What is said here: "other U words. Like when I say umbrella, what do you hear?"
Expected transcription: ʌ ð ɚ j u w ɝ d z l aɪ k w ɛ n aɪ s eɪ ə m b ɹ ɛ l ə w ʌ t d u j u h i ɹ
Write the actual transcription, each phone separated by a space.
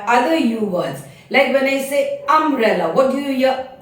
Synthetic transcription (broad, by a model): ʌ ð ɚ j u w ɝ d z l aɪ k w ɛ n aɪ s eɪ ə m ɹ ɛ l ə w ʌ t d u j u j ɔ